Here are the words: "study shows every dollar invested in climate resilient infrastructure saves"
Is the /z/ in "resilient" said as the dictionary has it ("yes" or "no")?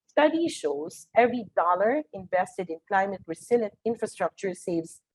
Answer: no